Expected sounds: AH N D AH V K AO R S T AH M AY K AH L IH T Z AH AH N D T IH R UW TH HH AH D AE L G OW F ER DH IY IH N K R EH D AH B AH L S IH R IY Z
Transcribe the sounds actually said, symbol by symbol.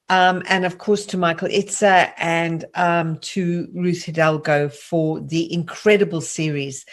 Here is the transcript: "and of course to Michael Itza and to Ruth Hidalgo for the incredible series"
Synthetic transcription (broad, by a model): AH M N AH V K AO R S T AH M AY K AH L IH T S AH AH N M T IH R UW TH HH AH D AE L G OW F ER DH IY IH N K R EH D AH B AH L S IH R IY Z